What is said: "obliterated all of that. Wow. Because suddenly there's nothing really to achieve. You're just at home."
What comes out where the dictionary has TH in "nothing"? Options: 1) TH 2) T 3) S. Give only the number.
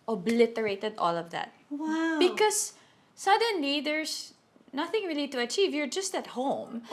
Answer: 1